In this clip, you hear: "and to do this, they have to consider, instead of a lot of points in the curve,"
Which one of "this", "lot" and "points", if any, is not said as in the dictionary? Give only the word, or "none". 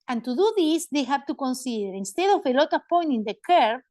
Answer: points